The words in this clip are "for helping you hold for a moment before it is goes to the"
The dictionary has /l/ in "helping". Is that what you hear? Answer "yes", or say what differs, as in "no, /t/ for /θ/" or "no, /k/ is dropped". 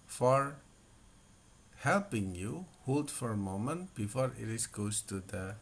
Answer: yes